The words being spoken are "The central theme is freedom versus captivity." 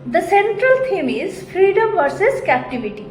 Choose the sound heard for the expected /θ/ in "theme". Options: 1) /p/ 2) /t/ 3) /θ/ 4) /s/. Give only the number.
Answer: 2